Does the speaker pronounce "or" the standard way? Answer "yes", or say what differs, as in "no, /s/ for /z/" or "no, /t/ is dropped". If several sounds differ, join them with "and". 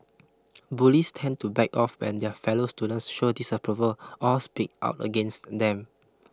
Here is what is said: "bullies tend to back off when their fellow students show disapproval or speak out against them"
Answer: no, /l/ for /ɹ/